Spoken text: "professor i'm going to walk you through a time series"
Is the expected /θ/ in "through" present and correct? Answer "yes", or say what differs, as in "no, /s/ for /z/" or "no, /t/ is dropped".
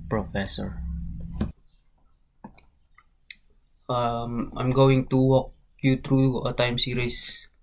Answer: no, /t/ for /θ/